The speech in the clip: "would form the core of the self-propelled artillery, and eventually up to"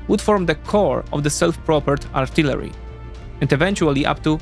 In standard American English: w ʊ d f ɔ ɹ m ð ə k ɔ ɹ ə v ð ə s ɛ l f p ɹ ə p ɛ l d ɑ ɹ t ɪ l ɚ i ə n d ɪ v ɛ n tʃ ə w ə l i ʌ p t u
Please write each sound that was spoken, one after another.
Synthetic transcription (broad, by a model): w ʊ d f ɔ ɹ m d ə k ɔ ɹ ə v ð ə s ɛ l f p ɹ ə p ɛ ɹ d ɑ ɹ t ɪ l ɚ i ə n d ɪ v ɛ n tʃ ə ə l i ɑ p t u